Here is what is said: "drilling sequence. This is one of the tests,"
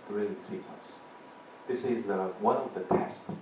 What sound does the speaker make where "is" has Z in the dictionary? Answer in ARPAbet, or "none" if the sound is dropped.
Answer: Z